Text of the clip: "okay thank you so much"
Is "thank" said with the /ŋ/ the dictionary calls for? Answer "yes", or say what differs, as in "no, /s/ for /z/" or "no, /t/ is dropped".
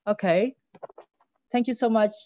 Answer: yes